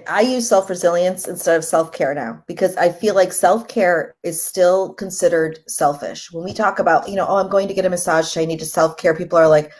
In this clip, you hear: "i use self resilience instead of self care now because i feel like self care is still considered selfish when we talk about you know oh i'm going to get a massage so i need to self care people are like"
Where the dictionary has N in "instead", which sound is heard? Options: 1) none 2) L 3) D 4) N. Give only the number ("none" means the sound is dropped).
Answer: 4